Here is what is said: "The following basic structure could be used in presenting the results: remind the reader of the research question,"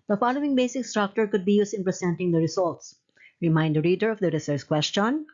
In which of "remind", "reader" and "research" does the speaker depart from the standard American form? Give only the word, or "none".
research